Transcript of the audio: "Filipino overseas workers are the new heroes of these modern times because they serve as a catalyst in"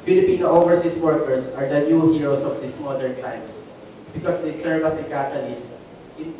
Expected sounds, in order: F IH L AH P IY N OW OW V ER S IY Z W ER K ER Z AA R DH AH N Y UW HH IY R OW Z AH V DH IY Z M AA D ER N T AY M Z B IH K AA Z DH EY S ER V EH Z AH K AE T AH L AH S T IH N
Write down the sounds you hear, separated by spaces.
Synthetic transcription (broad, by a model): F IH L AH P IY N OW OW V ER S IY S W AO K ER S AA R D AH N Y UW HH IY R OW S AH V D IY S M AA D ER N T AY M S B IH K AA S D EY S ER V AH S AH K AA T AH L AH S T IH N